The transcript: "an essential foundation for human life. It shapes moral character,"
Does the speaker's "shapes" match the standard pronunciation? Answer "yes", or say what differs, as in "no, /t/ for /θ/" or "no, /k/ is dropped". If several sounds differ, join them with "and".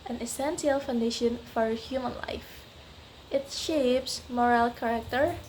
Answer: yes